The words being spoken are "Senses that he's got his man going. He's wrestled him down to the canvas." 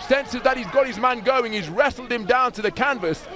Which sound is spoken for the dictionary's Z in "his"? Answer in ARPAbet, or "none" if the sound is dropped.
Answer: Z